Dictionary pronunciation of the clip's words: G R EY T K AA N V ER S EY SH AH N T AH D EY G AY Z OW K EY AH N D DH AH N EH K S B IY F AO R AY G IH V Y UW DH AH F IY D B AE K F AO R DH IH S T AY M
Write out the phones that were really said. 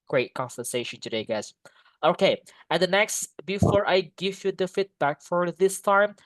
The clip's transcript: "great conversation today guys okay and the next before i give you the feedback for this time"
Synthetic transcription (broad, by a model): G R EY T K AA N F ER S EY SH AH N T AH D EY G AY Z OW K EY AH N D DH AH N EH K S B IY F AO R AY G IH V Y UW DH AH F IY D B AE K F AO R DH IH S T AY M